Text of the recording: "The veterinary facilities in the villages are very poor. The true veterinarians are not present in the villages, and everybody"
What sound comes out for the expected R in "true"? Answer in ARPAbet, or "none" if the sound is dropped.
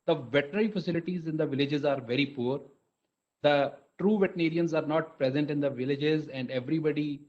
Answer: R